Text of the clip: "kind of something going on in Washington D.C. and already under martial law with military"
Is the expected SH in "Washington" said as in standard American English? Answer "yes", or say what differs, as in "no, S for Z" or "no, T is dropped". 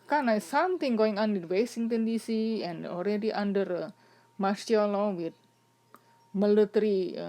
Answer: no, S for SH